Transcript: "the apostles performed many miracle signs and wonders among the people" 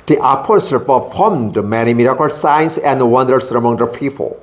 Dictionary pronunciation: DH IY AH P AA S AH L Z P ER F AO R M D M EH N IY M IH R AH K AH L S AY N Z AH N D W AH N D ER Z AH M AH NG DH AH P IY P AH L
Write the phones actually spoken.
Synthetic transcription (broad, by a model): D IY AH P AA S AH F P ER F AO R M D M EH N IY M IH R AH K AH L S AY N S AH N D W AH N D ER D AH M AH NG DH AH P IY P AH L